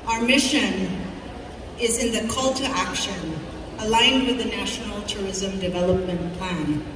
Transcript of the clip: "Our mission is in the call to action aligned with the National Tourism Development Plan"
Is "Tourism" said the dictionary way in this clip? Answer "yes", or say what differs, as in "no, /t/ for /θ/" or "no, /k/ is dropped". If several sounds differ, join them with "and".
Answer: yes